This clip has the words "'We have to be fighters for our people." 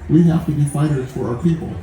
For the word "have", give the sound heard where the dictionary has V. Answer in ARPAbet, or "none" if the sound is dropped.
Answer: F